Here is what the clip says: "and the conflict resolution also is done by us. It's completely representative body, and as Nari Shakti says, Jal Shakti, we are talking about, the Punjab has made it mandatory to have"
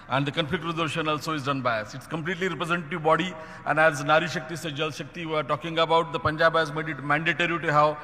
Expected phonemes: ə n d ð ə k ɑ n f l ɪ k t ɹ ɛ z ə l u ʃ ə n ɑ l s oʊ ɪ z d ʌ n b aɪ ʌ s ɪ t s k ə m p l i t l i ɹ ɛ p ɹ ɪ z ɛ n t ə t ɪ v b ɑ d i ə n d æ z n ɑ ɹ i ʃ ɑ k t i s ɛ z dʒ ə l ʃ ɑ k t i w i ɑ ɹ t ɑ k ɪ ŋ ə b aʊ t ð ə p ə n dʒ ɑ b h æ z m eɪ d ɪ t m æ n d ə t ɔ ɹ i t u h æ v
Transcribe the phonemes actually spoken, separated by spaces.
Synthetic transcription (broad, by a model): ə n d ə k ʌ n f ɪ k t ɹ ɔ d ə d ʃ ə n ɑ l s oʊ ɪ z d ʌ n b aɪ ʌ s ɪ t s k ə m p l i t l i ɹ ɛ p ɹ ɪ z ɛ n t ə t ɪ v b ɑ d i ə n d æ z n ɑ ɹ i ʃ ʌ k t i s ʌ dʒ ə l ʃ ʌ k t i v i ɑ ɹ t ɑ k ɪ ŋ ə b aʊ t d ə p ə n dʒ ɑ b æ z m eɪ d ɪ t m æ n d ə t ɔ ɹ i t u h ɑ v